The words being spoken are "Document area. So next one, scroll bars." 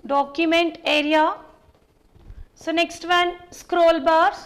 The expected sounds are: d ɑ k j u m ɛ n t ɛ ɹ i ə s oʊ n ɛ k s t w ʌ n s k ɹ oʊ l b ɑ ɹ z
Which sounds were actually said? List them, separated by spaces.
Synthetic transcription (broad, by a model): d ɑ k j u m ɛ n t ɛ ɹ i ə s oʊ n ɛ k s t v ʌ n s k ɹ oʊ l b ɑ ɹ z